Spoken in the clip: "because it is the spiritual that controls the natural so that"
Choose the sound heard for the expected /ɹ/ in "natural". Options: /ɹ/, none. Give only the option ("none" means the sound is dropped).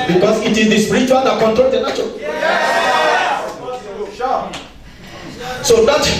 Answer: none